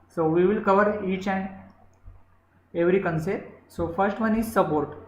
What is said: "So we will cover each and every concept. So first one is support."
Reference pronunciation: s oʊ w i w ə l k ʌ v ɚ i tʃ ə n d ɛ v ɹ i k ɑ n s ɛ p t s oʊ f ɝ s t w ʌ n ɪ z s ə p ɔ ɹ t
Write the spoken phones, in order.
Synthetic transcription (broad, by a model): s oʊ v i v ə l k ʌ v ɚ i tʃ ə n d ɛ v ɹ i k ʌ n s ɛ t s oʊ f ɝ s t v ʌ n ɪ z s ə p ɔ ɹ t